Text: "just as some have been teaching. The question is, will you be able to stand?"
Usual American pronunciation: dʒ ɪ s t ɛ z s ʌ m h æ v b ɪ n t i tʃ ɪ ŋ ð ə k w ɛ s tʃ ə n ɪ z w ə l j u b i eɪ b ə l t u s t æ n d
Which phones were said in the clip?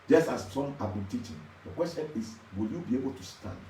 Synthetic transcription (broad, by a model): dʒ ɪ s t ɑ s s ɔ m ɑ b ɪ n t i tʃ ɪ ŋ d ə k w ɛ s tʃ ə n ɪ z w ə l j u b i eɪ b ə l t u s t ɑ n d